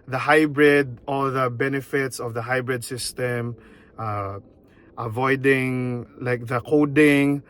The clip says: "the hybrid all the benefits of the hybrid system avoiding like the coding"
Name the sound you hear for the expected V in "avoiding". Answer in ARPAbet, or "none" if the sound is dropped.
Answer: V